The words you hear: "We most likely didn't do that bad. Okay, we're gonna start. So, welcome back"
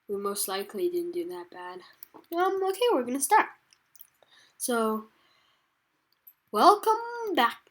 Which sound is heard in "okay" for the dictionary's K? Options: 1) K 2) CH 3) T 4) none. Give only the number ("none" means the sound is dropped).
1